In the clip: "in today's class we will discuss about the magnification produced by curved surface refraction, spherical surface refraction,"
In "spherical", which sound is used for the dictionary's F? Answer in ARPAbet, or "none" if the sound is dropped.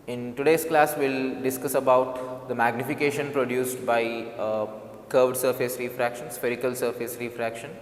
F